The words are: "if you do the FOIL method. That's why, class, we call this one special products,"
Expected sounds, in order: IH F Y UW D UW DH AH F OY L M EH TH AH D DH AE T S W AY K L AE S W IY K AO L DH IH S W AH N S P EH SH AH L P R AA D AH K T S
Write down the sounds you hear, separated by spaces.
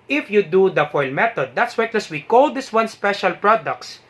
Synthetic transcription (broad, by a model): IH F Y UW D UW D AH F OY L M EH T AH D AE T S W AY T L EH S W IY K AO L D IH S W AH N S P EH SH AH L P R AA D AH K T S